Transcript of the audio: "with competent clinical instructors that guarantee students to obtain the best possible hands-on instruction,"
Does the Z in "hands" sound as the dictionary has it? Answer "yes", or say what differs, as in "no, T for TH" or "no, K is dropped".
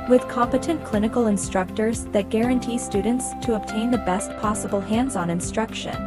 yes